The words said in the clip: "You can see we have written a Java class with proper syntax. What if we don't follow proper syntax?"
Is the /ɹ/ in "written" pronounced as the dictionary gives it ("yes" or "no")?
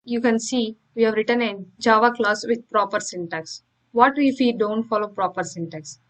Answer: yes